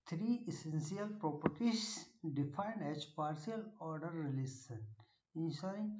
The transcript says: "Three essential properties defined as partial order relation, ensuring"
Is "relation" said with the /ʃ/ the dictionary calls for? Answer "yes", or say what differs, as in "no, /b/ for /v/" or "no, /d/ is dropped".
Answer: no, /s/ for /ʃ/